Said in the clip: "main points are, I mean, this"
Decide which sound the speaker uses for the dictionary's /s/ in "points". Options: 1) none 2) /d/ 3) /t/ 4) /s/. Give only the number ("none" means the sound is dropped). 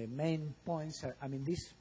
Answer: 4